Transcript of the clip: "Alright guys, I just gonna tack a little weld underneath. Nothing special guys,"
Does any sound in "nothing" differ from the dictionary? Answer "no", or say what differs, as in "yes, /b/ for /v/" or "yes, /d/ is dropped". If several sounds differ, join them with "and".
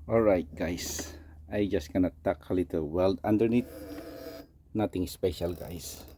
yes, /t/ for /θ/